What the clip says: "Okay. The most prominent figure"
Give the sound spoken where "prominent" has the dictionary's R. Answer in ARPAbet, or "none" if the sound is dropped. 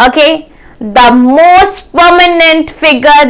none